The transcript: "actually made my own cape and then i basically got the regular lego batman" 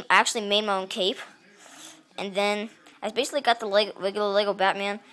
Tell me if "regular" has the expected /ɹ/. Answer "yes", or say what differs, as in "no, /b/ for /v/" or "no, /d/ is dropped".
no, /l/ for /ɹ/